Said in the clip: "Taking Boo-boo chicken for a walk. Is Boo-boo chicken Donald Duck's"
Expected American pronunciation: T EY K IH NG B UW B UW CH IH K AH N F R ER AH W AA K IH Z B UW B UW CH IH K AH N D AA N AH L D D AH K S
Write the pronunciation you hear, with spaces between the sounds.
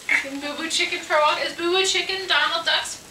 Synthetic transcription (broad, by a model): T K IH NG B UW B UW CH IH K AH N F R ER AH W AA IH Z B UW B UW CH IH K AH N D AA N L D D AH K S